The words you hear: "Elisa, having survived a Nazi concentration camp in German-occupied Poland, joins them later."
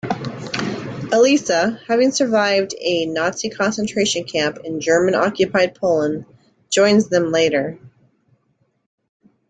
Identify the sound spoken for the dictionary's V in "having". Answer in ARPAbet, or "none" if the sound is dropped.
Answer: V